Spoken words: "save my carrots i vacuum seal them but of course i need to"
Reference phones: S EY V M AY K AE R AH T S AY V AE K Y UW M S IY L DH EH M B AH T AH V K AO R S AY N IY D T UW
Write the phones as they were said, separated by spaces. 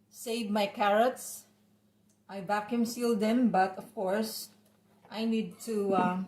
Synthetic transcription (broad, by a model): S EY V M AY K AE R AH T S AY B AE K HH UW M S IY L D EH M B AH T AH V K AO R S AY N IY D T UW